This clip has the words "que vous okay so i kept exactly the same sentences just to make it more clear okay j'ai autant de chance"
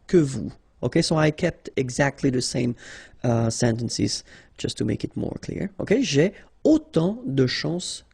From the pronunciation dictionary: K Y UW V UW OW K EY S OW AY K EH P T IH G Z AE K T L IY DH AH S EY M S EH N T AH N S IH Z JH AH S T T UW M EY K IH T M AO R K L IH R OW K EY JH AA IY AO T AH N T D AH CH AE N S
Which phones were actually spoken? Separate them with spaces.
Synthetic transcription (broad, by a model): K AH V UW OW K EY S OW AY K EH P T IH G Z AE K T L IY DH AH S EY M S EH N T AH N S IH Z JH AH S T T UW M EY K IH T M AO R K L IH R OW K EY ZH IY AO T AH D AH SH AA S